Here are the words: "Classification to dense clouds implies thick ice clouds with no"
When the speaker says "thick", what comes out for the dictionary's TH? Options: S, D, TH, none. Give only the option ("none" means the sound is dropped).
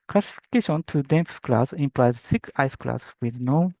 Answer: S